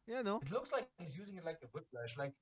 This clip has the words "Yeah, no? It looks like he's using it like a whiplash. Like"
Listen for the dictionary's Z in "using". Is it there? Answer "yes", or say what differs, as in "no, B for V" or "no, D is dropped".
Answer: yes